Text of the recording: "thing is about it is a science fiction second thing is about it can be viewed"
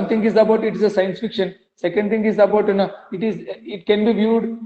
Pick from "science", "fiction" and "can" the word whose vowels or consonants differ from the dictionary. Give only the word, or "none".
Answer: none